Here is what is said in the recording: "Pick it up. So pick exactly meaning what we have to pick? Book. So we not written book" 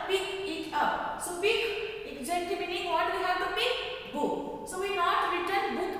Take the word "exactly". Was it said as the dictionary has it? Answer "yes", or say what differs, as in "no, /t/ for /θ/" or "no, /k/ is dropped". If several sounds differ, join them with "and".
no, /l/ is dropped